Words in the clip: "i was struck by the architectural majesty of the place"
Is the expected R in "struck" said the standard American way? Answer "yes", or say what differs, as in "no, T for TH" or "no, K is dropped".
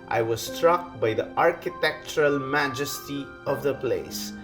yes